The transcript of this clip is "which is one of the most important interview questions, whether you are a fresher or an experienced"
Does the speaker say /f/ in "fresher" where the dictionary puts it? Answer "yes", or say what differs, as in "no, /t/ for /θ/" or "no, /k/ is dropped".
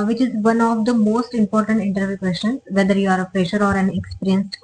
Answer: no, /p/ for /f/